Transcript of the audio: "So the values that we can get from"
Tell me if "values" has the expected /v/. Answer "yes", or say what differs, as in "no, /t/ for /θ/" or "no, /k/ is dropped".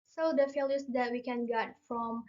no, /f/ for /v/